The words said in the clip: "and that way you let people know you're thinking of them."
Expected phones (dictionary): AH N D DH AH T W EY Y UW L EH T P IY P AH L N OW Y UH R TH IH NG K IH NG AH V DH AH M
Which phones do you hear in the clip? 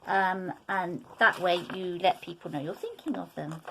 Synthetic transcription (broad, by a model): AH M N DH AH T W EY Y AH L EH T P IY P AH L N OW Y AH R TH IH NG K IH NG AH V DH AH M